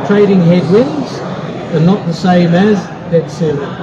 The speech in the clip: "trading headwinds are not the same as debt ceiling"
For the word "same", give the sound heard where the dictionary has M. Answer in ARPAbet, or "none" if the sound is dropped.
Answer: M